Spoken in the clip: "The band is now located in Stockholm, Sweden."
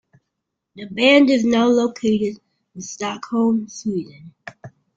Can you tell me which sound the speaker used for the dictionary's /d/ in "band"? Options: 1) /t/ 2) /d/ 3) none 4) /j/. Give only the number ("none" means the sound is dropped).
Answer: 2